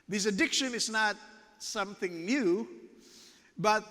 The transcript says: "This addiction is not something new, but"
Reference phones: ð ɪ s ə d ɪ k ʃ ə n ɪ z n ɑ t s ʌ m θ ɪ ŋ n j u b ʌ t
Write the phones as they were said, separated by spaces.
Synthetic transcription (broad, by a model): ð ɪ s ə d ɪ k ʃ ə n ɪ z n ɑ t s ʌ m θ ɪ ŋ n j u b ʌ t